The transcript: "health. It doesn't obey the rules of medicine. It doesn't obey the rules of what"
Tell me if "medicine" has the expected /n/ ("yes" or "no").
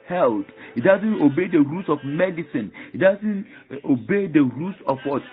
yes